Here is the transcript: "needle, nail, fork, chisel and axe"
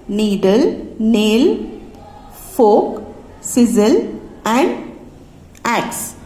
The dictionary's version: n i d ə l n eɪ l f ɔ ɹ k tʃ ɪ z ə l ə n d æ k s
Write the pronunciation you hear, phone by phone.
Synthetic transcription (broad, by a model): n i d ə l n eɪ l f ɔ k s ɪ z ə l ə n d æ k s